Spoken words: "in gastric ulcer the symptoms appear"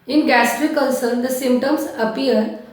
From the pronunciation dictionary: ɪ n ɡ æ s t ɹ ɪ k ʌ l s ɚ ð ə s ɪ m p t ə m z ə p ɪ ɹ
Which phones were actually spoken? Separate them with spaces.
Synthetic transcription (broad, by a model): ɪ n ɡ æ s t ɹ ɪ k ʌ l s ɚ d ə s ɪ m p t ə m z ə p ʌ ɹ